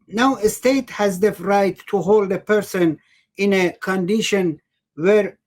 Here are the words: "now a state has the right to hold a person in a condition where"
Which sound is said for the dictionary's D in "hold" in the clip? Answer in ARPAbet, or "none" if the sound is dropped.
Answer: D